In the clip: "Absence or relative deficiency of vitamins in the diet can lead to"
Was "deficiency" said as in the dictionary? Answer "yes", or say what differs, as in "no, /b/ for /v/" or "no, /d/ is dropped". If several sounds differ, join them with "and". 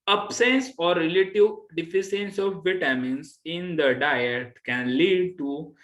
no, /s/ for /ʃ/